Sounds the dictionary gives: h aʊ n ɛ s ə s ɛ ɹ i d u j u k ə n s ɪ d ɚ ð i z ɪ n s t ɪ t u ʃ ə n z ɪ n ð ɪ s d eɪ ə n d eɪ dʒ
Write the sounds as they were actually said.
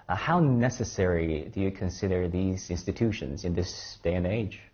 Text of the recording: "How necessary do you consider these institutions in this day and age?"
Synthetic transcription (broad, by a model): h aʊ n ɛ s ə s ɛ ɹ i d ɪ j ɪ k ə n s ɪ d ɚ ð i z ɪ n s t ɪ t u ʃ ə n z ɪ n ð ɪ s d eɪ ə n eɪ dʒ